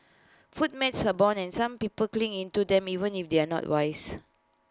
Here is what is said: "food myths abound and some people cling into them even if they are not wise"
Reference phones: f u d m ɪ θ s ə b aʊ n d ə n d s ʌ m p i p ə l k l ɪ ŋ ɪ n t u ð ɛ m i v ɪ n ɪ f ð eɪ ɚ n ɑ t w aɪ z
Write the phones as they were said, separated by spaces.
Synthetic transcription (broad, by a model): f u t m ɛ t s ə b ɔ n ə n s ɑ m p i p ə l k l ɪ ŋ ɪ n t u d ɛ m i v ɪ n ɪ f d eɪ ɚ n ɑ t w aɪ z